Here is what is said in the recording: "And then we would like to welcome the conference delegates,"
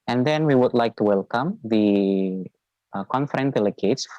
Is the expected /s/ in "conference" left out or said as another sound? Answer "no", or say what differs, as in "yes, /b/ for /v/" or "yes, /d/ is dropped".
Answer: yes, /s/ is dropped